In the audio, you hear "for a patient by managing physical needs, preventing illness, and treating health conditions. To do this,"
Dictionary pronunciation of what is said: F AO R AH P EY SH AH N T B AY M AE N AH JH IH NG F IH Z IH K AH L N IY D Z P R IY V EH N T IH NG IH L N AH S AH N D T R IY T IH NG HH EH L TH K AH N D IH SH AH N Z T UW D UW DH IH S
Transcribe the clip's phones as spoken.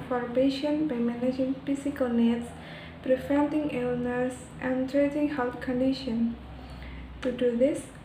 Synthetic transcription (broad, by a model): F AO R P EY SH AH N B AY M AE N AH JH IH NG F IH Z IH K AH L N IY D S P R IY F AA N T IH NG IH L N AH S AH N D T R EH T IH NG HH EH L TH K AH N D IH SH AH N T UW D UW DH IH S